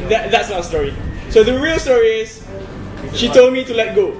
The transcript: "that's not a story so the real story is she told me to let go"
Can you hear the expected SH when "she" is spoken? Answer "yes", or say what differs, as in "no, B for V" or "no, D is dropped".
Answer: yes